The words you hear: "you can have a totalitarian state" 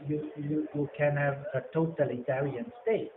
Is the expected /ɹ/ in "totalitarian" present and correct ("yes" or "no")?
no